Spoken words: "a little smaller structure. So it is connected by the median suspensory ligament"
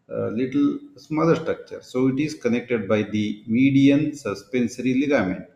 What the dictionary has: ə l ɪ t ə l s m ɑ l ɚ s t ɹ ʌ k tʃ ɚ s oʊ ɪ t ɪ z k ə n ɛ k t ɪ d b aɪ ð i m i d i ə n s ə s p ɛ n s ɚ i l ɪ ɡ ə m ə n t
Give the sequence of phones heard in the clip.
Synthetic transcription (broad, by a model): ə l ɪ t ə l s m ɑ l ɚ s t ɹ ʌ k tʃ ɚ s oʊ ɪ t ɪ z k ə n ɛ k t ɪ d b aɪ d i m i d i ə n s ə s p ɛ n s ɚ i l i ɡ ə m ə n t